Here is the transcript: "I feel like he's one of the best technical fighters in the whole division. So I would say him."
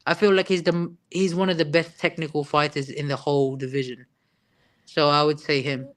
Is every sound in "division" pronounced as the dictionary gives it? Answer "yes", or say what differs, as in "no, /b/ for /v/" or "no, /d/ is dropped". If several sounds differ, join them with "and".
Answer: yes